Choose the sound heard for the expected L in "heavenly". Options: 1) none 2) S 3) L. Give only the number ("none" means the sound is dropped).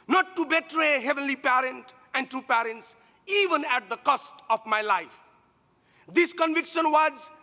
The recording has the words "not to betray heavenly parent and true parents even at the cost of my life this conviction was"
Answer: 3